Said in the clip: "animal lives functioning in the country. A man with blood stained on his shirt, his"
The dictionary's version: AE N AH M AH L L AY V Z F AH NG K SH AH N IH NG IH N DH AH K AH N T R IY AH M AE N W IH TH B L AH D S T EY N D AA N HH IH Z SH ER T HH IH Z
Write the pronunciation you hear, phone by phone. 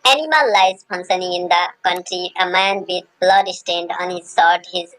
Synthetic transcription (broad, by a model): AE N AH M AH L L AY Z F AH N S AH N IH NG IH N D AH K AH N T R IY AH M AE N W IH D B L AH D S T EY N D AA N HH IH Z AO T HH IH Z